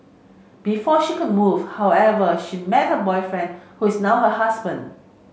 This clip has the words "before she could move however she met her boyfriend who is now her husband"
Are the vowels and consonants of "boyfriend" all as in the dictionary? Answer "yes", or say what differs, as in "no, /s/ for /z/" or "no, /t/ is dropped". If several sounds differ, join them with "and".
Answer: yes